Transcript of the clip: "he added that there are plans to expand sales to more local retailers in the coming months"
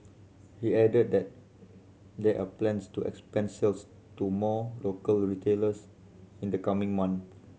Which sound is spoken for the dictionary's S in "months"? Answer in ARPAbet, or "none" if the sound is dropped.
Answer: none